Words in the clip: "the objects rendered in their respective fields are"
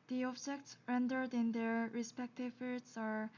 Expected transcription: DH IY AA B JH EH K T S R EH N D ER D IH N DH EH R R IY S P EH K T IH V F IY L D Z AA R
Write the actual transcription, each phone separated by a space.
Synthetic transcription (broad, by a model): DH IY AA B JH EH K T S R EH N D ER D IH N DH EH R R IY S P EH K T IH V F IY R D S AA R